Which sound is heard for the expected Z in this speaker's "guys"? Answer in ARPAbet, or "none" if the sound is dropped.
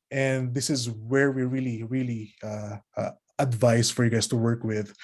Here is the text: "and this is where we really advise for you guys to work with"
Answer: S